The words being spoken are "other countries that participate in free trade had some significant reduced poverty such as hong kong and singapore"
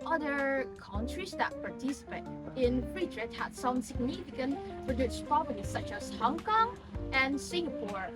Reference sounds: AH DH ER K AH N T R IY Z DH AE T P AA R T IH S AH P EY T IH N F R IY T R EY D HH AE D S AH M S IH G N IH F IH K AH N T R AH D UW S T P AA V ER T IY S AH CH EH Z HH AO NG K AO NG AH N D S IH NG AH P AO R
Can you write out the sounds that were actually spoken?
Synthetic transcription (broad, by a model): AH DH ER K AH N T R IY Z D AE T P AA R T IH S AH P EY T IH N R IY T R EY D HH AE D S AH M S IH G N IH F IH K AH N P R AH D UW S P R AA B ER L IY S AH CH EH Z HH AO NG K AO NG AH N S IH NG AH P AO R